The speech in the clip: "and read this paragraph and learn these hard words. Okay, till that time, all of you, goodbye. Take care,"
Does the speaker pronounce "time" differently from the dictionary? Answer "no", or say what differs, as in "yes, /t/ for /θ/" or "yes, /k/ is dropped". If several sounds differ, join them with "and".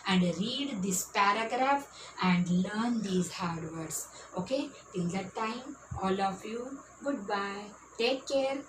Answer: no